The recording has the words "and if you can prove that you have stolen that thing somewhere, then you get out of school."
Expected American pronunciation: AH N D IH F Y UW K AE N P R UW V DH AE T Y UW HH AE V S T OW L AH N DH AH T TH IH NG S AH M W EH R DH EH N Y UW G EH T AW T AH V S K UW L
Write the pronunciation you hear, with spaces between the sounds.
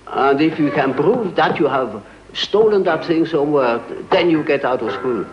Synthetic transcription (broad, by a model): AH N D IH F Y UW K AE N P R UW V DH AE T Y UW HH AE V S T OW L AH N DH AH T TH IH NG S AH M W EH R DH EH N Y UW G EH T AW T AH V S K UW L